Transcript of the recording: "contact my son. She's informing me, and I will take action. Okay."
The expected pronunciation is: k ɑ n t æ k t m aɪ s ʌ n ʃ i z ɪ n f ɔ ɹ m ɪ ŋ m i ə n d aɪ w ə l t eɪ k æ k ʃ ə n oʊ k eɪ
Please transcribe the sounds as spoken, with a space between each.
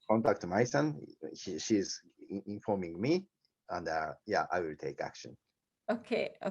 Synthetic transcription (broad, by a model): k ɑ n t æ k t m aɪ s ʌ n ʃ i z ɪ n f ɔ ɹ m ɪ ŋ m i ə n d aɪ w ə l t eɪ k æ k ʃ ə n oʊ k eɪ